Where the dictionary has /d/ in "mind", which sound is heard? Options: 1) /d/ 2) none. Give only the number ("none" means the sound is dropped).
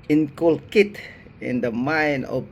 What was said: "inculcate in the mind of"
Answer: 2